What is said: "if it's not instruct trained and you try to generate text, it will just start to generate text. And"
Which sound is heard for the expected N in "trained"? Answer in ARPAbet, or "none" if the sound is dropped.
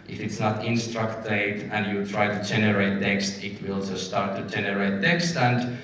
none